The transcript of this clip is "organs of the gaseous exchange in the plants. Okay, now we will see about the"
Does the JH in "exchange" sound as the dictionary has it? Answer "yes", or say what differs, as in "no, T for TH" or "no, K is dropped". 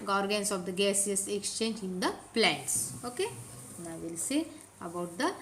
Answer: yes